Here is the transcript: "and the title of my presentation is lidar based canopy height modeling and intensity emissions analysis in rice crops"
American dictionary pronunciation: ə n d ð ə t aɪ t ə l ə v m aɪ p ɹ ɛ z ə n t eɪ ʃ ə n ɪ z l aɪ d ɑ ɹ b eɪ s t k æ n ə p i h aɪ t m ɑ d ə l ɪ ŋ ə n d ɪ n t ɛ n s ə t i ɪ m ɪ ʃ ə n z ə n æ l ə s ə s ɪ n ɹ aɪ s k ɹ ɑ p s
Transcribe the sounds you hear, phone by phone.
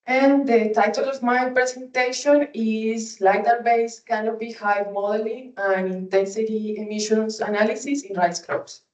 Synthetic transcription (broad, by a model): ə n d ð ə t aɪ t ə l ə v m aɪ p ɹ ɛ s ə n t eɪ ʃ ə n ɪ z l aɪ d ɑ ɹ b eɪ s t k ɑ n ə b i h aɪ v m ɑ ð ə l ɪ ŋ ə n ɪ n t ɛ n s ə t i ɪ m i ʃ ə n s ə n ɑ l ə s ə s ɪ n ɹ aɪ s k ɹ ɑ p s